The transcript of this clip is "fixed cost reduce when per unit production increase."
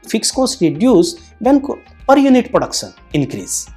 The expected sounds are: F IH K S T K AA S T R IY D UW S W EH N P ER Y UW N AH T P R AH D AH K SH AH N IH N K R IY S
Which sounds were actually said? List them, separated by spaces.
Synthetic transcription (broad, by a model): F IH K S K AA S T R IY D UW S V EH N P ER Y UW N AH T P R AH D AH K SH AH N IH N K R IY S